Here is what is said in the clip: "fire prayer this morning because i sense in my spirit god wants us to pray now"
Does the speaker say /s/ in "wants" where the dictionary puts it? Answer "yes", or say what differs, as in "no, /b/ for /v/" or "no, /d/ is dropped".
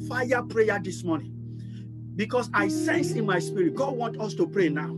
no, /s/ is dropped